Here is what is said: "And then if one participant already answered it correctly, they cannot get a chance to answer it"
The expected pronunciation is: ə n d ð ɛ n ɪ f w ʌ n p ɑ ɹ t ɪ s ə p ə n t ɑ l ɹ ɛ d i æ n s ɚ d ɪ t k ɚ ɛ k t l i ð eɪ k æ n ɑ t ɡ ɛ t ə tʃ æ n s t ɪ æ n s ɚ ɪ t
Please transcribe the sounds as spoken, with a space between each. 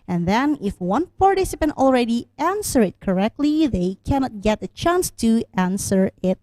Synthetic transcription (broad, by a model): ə n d ð ɛ n ɪ f w ʌ n f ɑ ɹ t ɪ s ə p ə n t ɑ l ɹ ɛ d i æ n s ɚ ɪ t k ɚ ɛ k t l i ð eɪ k æ n ɑ t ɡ ɛ t ə tʃ æ n s t ɪ æ n s ɚ ɪ t